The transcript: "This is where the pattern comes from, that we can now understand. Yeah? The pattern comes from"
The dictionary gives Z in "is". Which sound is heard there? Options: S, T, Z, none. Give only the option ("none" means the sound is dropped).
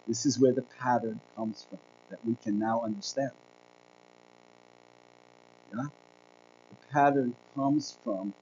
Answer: Z